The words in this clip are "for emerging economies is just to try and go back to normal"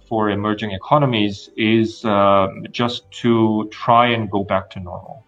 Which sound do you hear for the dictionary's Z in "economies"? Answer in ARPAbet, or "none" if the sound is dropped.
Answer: Z